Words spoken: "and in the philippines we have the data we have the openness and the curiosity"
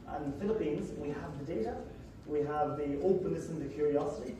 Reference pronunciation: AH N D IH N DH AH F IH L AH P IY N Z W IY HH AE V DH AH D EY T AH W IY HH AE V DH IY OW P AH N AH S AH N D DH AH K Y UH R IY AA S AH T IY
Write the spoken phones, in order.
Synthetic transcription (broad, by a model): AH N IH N DH AH F IH L AH P IY N Z W IY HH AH V DH AH D EY T AH W IY HH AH V DH IY OW P AH N AH S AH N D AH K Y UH R IY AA S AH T IY